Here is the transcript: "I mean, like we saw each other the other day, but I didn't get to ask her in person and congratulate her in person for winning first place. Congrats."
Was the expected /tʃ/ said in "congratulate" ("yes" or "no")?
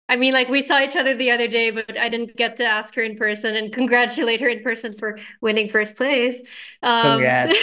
yes